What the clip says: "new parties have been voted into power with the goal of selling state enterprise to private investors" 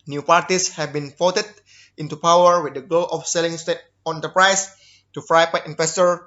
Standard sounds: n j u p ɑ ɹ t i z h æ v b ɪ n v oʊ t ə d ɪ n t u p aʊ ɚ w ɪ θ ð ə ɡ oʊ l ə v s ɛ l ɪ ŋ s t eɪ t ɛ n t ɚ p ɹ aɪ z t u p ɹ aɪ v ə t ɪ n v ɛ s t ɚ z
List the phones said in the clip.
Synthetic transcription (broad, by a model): n j u p ɑ ɹ t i s h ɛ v b ɪ n f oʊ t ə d ɪ n t u p aʊ ɚ w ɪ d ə ɡ oʊ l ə f s ɛ l ɪ ŋ s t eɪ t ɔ n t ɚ p ɹ aɪ s t u f ɹ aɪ p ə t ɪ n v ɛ s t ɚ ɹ